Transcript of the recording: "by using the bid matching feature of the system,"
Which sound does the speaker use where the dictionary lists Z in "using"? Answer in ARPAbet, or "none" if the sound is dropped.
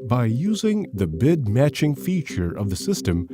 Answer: Z